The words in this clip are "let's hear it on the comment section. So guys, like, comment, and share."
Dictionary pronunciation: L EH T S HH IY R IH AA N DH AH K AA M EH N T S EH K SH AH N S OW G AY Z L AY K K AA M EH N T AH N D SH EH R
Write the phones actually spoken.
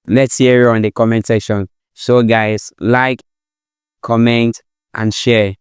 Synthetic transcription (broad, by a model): L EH T S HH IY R IH AA N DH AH K AA M EH N T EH SH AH N S OW G AY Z L AY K K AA M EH N T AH N SH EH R